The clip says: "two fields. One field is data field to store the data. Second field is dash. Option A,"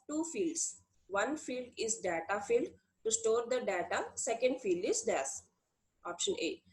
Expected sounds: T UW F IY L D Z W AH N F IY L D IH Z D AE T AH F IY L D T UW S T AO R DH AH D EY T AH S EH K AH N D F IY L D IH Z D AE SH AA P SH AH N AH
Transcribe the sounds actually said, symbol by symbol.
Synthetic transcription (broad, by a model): T UW F IY L D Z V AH N F IY L D IH Z D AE T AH F IY L D T UW S T AO R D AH D EY T AH S EH K AH N D F IY L D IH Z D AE S AA P SH AH N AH